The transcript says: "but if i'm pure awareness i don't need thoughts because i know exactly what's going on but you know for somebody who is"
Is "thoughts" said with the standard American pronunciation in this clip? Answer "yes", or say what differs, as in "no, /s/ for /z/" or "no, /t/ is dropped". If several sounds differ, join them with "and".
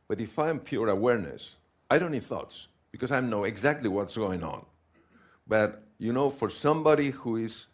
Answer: yes